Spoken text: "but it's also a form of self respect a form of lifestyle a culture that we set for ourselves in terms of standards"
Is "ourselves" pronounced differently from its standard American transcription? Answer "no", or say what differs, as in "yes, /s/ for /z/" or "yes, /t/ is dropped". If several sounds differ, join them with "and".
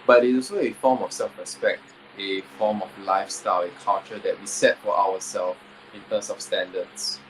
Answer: yes, /w/ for /ɹ/